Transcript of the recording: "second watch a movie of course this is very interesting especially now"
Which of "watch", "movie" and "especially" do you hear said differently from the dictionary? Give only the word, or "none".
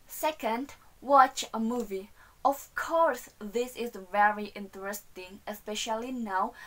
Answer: none